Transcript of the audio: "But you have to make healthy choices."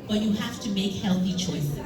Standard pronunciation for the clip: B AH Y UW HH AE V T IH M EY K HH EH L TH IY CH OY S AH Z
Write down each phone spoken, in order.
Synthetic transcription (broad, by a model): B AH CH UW HH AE F T IH M EY K HH EH L TH IY CH OY S